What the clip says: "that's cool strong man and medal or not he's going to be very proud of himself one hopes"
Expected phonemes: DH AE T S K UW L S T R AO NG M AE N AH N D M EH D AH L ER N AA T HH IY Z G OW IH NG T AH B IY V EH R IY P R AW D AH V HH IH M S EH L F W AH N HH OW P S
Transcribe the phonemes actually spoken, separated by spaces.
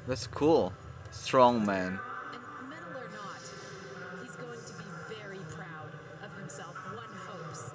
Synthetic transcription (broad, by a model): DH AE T S K UW L S T R AO NG M AE N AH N M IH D L ER N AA T HH IY Z G OW IH NG T AH B IY V EH R IY P R AW D AH V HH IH M S EH L F W AH N HH OW P S